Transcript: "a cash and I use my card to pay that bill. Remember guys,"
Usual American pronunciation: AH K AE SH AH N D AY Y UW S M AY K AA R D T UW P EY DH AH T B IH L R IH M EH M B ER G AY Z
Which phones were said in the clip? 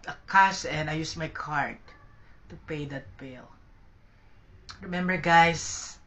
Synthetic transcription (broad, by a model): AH K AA S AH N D AY Y UW S M AY K AA R D T UW P EY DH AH T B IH L R IH M EH M B ER G AY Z